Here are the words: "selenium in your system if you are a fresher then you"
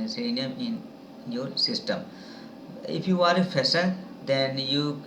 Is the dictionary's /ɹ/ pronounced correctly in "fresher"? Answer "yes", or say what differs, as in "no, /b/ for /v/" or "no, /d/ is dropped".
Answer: no, /ɹ/ is dropped